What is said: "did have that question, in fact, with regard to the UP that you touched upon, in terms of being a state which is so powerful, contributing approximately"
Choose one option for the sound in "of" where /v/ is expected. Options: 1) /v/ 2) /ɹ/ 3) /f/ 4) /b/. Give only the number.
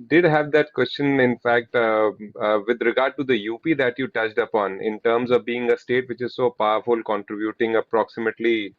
1